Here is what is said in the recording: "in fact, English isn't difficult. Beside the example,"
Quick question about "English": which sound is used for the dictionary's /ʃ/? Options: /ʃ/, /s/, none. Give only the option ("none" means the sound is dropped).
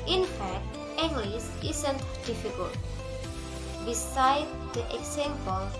/s/